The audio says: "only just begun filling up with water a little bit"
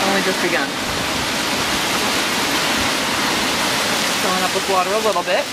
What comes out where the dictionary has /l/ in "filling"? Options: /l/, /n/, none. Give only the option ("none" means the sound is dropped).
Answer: none